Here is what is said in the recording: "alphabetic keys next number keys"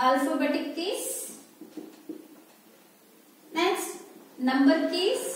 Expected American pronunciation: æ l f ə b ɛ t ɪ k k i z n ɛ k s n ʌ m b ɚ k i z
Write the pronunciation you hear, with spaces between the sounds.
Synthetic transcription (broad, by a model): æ l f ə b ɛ t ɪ k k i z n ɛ s n ʌ m b ɚ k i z